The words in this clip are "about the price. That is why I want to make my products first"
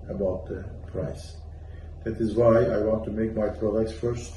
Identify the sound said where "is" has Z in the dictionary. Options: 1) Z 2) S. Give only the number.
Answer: 1